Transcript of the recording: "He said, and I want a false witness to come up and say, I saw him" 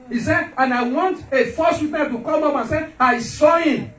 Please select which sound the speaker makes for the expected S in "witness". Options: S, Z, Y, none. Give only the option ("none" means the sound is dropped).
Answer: none